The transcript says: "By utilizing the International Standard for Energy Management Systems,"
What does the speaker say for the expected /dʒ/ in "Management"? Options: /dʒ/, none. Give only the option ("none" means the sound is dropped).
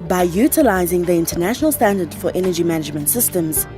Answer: /dʒ/